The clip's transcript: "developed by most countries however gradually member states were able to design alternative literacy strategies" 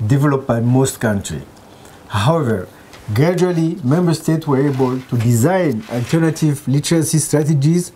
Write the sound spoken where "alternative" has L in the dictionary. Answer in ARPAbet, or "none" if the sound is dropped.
L